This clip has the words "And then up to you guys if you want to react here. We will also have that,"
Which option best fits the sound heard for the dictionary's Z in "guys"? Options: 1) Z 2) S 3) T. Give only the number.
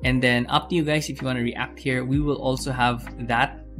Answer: 2